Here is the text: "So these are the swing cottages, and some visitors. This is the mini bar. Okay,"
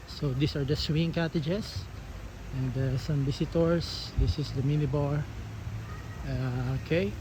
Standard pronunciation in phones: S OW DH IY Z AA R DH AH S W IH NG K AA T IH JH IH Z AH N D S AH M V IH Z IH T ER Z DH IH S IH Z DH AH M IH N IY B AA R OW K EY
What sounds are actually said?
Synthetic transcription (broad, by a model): S OW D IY S AA R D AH S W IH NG K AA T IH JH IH S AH N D S AH M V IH S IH T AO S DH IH S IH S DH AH M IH N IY B AA R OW K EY